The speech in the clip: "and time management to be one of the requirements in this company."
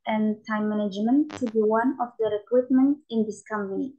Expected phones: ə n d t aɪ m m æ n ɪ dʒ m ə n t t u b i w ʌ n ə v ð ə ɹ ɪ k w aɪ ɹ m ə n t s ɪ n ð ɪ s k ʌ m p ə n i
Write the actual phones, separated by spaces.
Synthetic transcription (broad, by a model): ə n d t aɪ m m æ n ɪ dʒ m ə n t t u b i w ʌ n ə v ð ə ɹ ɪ k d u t m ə n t ɪ n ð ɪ s k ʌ m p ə n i